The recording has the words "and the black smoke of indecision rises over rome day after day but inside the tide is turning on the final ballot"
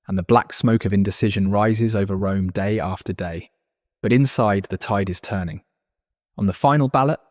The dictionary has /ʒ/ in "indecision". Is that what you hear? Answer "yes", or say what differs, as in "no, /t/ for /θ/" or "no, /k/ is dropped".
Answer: yes